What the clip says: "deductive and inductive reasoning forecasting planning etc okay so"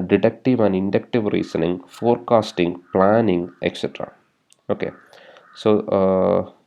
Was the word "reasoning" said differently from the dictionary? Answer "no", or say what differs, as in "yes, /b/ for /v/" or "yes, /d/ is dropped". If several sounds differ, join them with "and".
yes, /s/ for /z/